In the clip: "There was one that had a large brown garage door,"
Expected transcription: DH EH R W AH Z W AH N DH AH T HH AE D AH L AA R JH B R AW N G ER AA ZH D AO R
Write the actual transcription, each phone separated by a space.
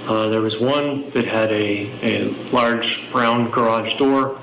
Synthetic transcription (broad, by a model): DH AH R W AH Z W AH N DH AH T HH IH D AH L AA R JH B R AW N G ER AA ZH D AO R